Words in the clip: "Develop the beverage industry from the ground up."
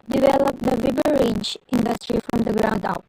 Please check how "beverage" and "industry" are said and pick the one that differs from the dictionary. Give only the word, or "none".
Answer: beverage